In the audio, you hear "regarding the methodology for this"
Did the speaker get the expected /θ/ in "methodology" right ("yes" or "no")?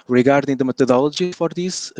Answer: no